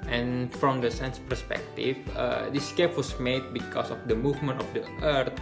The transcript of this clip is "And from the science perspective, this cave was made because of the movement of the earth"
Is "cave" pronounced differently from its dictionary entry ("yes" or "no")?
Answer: yes